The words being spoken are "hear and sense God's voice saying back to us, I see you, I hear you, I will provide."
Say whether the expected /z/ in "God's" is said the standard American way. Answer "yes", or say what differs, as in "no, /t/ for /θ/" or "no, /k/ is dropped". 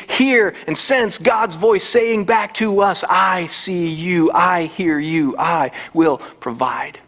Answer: yes